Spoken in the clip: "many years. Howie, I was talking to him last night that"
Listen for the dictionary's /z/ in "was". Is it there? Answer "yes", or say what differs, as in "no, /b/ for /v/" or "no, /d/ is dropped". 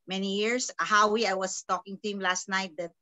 no, /s/ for /z/